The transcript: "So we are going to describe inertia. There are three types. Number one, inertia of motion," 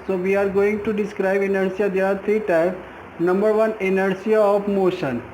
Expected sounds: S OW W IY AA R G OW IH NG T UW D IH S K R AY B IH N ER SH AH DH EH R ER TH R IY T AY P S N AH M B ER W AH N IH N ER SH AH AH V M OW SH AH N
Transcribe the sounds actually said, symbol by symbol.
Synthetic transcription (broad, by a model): S OW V IY AA R G OW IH NG T UW D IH S K R AY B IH N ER S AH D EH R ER T R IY T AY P N AH M B ER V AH N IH N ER S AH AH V M OW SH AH N